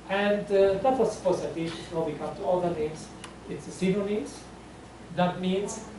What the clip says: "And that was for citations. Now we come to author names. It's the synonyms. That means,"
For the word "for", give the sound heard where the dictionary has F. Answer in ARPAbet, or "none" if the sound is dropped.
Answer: P